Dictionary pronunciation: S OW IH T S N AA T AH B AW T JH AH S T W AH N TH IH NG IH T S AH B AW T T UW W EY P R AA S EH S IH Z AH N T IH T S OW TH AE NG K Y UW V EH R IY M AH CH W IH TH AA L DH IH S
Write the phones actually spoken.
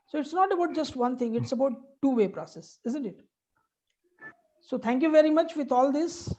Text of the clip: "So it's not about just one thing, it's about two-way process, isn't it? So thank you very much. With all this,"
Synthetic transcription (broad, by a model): S OW IH T S N AA T AH B AW T JH AH S T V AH N T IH NG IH T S AH B AW T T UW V EY P R AA S EH S IH Z AH N T IH T S OW T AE NG K Y UW V EH R IY M AH CH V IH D AA L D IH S